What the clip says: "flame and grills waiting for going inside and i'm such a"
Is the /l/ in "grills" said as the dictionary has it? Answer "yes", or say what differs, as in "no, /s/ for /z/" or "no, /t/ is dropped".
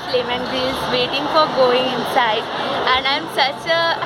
no, /l/ is dropped